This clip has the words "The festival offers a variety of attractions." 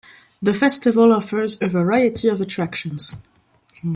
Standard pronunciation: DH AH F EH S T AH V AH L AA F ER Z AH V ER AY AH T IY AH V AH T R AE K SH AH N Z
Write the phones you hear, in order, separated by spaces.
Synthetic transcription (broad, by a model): DH AH F EH S T AH V AH L AA F ER Z AH V ER AY AH T IY AH V AH T R AE K SH AH N Z